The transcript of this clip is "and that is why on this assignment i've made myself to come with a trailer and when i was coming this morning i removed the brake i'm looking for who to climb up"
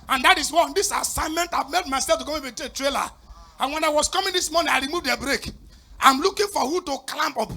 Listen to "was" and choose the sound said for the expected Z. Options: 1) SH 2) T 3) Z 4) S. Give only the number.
4